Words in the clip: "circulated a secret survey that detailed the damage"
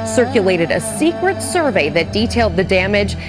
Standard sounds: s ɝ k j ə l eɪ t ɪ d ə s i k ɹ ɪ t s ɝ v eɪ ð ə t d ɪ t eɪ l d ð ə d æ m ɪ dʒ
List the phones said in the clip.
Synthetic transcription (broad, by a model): s ɝ k j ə l eɪ t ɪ d ə s i k ɹ ɪ t s ɝ v eɪ ð ə t d ɪ t eɪ l d ð ə d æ m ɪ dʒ